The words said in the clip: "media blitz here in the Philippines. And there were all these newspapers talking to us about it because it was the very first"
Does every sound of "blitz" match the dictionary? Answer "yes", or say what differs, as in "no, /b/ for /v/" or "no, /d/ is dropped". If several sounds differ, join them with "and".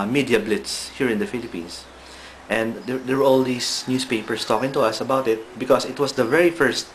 yes